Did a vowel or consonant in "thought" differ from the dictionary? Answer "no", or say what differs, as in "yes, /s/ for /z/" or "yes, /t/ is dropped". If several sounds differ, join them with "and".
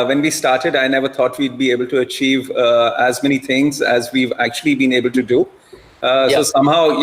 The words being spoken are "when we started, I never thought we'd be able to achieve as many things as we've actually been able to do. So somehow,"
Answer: yes, /t/ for /θ/